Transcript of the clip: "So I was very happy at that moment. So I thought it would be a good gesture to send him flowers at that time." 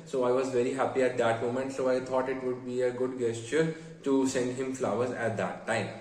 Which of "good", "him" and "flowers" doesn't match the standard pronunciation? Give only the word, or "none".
none